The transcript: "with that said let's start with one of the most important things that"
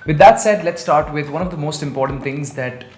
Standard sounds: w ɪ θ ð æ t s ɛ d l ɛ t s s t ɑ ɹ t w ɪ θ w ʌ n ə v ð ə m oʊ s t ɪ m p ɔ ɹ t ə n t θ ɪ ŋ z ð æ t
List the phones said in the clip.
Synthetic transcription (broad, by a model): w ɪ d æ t s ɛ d l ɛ t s s t ɑ ɹ t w ɪ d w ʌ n ə v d ə m oʊ s t ɪ m p ɔ ɹ t ə n t t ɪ ŋ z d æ t